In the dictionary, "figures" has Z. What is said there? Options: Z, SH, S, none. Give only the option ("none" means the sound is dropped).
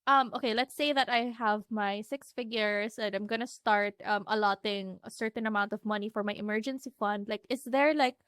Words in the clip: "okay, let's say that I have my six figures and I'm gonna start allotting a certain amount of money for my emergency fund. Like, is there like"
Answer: S